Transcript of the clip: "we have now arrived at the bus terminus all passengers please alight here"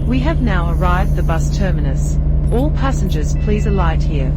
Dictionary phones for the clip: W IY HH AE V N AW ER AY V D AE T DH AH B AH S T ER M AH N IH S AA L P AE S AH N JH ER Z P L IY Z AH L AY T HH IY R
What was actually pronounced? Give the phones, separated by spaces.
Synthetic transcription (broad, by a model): W IY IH V N AW ER AY V D DH AH B AH S T ER M AH N IH S AA L P AE S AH N JH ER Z P L IY Z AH L AY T HH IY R